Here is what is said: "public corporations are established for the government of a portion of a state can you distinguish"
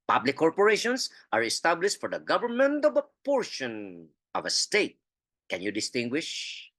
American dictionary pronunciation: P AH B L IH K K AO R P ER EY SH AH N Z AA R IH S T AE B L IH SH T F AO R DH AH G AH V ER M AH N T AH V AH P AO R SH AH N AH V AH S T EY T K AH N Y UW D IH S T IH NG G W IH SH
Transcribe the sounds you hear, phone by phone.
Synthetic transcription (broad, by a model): P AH B L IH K K AO R P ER EY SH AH N S AA R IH S T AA B L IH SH T F AO R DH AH G AH V ER M AH N T AH V AH P AO R SH AH N AH V AH S T EY T K AH N Y UW D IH S T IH NG G W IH SH